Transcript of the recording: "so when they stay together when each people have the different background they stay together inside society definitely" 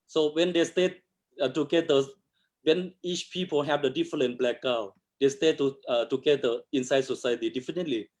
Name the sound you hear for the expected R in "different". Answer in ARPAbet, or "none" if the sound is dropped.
L